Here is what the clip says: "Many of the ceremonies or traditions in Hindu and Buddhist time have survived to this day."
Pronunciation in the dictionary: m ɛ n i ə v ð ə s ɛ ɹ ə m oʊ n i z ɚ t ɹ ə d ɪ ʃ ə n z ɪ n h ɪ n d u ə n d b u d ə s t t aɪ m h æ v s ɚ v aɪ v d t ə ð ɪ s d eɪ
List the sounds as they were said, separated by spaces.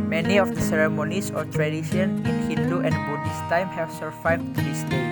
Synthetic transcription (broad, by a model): m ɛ n i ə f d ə s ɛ ɹ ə m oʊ n i s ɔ t ɹ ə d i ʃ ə n ɪ n h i n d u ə n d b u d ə s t t aɪ m h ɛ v s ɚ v aɪ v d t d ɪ s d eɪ